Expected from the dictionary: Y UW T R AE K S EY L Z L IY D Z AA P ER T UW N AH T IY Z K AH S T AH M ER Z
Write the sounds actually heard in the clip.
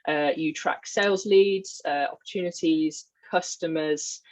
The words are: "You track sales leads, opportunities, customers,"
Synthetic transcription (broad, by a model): Y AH T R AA K S EY L Z L IY D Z AA P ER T UW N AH T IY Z K AH S T AH M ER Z